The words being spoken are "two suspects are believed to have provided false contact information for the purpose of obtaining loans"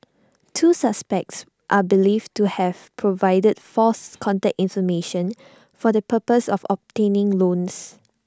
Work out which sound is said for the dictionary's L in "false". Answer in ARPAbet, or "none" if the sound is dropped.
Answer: none